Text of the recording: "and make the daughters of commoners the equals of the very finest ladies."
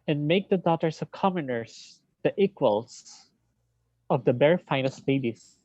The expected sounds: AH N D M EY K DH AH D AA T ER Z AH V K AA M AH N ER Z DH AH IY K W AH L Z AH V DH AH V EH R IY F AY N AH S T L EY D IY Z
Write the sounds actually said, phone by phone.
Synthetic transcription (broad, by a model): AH N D M EY K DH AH D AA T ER S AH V K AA M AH N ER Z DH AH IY K W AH L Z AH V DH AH B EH R F AY N AH S T L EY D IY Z